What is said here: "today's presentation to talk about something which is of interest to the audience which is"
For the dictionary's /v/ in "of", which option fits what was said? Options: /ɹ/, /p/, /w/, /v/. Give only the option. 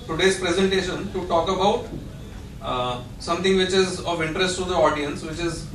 /v/